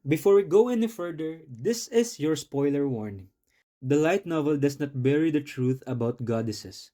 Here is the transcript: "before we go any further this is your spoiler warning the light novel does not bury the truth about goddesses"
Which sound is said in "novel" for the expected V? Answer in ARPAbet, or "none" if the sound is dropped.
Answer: V